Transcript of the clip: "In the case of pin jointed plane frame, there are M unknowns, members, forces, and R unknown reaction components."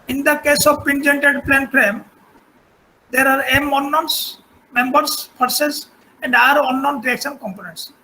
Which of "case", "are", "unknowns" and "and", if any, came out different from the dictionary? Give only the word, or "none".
unknowns